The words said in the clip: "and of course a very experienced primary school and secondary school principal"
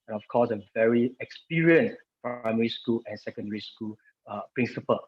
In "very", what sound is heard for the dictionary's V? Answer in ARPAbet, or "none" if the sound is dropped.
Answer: V